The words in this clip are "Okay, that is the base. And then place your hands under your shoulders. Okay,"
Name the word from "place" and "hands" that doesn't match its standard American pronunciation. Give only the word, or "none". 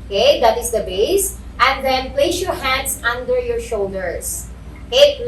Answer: hands